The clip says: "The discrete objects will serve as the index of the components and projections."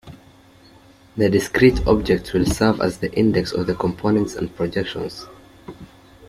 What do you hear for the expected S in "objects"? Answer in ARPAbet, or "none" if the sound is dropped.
none